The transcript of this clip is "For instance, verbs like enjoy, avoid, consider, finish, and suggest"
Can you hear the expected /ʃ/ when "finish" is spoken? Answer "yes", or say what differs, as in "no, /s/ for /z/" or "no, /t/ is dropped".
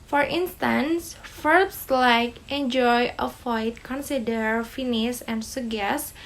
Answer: no, /s/ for /ʃ/